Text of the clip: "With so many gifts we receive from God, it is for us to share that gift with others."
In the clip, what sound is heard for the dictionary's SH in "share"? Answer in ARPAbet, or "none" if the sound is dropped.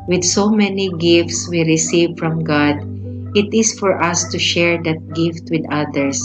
SH